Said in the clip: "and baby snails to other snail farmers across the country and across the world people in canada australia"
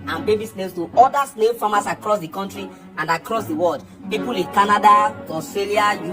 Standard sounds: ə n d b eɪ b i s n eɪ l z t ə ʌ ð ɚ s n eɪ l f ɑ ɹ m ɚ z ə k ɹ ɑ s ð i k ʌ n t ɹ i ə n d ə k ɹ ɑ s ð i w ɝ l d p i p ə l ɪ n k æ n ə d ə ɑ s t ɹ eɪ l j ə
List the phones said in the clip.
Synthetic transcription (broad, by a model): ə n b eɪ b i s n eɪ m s t ə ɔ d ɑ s n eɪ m f ɑ m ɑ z ə k ɹ ɑ s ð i k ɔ n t ɹ i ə n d ə k ɹ ɑ s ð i w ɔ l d p i p ə l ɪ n k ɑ n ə d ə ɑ s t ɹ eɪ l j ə